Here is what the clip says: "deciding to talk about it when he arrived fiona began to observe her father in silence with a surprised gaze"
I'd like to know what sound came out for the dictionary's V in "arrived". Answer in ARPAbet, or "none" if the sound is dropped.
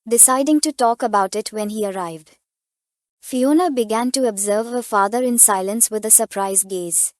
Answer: V